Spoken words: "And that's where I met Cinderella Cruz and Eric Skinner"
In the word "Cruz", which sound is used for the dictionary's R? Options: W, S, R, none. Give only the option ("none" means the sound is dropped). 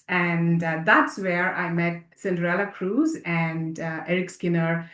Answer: R